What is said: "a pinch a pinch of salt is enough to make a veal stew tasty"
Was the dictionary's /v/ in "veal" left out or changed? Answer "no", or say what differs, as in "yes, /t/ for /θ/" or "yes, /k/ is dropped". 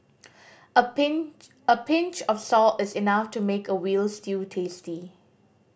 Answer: yes, /w/ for /v/